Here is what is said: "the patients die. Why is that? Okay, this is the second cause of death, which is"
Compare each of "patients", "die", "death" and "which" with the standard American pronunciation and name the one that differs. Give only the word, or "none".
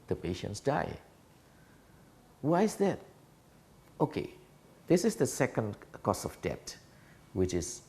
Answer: death